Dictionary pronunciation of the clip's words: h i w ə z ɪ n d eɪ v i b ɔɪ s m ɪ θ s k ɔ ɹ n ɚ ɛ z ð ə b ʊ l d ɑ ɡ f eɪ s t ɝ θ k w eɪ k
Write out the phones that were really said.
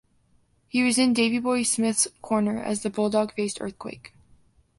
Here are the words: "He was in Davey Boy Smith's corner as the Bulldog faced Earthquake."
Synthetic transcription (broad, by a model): h i w ə z ɪ n d eɪ v i b ɔɪ s m ɪ θ s k ɔ ɹ n ɚ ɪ z ð ə b ʊ l d ɑ ɡ f eɪ s t ɝ θ k w eɪ k